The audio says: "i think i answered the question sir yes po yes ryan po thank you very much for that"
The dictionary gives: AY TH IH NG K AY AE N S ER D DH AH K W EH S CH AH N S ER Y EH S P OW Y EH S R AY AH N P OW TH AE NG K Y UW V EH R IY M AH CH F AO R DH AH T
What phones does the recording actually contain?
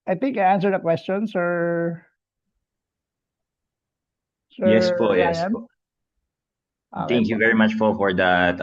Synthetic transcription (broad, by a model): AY TH IH NG K AY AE N S ER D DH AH K W EH S CH AH N S ER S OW Y EH S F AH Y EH S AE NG K Y UW V EH R IY M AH CH F AO R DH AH T